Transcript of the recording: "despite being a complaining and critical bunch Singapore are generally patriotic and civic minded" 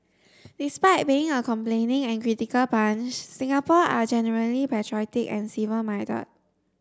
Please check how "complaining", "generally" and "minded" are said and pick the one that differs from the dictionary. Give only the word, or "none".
minded